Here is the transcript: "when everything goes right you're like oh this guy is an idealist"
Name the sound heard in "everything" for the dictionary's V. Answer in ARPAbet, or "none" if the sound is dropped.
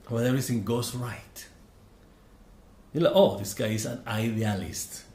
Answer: none